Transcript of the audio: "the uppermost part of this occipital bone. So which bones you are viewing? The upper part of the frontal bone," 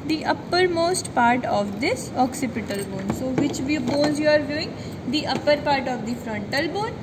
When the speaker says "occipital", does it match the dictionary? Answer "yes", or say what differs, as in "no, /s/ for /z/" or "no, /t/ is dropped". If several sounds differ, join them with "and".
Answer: yes